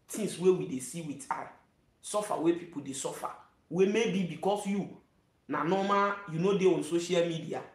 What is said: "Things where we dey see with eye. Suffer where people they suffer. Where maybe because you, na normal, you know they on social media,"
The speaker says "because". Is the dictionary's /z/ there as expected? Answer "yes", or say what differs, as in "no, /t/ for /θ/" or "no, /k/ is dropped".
no, /s/ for /z/